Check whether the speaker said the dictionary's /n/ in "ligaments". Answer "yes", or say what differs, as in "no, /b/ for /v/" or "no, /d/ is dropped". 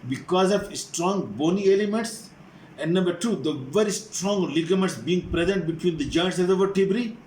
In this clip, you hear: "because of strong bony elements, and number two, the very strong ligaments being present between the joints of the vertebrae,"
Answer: no, /n/ is dropped